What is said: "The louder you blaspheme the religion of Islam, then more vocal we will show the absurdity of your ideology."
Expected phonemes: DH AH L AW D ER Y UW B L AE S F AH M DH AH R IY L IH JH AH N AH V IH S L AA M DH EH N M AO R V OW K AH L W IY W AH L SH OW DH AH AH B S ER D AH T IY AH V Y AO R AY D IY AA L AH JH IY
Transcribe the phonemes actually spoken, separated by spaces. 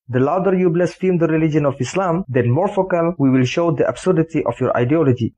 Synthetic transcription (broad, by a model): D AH L AW D ER Y UW B L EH S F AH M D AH R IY L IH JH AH N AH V IH S L AA M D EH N M AO R F OW K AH L W IY W AH L SH OW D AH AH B S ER D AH T IY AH F Y AO R AY D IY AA L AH JH IY